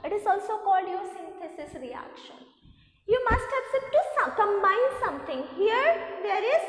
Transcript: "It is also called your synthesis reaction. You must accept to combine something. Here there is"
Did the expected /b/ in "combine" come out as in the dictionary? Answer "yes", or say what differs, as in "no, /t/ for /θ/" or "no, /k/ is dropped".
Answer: no, /b/ is dropped